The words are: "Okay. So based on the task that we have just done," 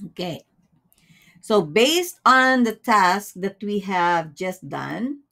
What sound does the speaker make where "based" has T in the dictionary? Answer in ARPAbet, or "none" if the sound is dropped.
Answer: T